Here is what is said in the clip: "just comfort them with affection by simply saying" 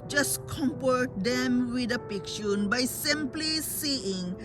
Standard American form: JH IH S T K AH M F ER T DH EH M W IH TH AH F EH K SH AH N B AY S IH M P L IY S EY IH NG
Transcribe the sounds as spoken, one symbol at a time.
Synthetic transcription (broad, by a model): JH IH S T K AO M P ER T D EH M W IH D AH P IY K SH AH N B AY S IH M P L IY S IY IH NG